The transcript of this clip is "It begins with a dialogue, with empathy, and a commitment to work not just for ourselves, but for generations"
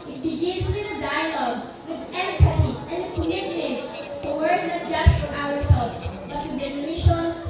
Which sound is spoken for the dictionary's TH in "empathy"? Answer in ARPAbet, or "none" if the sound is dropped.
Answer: S